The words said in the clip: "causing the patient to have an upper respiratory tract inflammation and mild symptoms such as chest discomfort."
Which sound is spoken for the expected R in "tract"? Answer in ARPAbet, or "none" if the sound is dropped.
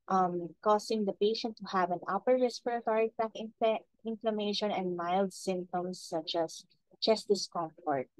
none